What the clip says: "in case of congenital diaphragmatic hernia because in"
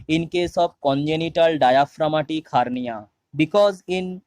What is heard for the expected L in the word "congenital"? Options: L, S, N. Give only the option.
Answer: L